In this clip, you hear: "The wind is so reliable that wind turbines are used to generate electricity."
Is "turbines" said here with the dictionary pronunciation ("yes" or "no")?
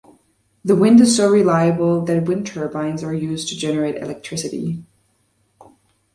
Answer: yes